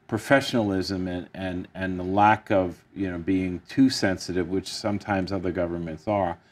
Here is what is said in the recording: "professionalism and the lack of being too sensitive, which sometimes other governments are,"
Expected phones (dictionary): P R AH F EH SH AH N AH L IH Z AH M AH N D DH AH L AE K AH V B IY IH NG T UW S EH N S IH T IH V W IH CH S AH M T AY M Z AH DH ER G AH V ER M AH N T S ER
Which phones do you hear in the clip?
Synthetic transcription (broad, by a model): P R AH F EH SH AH N L IH Z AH M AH N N DH AH L AE K AH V B IY IH NG T UW S EH N S IH T IH V W IH CH S AH M T AY M Z AH DH ER G AH V ER M AH N T S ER